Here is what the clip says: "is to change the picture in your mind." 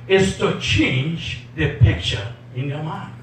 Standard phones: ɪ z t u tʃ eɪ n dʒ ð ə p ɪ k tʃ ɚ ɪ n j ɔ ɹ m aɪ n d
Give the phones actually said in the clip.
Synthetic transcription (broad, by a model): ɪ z t u tʃ eɪ n dʒ ð ə p ɪ k tʃ ɚ ɪ n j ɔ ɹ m aɪ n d